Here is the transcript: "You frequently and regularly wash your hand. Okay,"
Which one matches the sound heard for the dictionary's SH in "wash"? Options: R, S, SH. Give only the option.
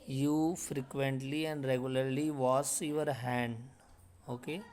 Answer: S